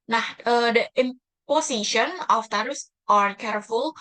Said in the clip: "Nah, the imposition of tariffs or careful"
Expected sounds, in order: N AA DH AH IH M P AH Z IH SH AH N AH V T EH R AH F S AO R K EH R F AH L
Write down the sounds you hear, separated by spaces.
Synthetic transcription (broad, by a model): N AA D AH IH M P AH S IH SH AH N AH F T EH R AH S AO R K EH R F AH L